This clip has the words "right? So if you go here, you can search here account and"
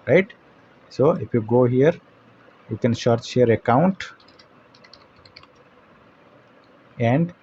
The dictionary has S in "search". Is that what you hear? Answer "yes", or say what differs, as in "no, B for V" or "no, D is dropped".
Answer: no, SH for S